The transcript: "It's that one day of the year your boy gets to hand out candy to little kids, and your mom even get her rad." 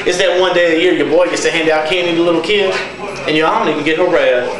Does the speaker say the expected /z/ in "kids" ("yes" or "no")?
no